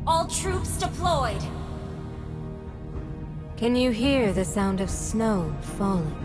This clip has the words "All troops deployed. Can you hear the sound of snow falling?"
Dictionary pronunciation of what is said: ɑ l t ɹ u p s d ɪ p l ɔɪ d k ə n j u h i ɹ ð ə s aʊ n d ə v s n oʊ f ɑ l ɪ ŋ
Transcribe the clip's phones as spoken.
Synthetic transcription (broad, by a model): ɑ l t ɹ u p s d ɪ p l ɔɪ d k ə n j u h i ɹ ð ə s aʊ n d ə v s n oʊ f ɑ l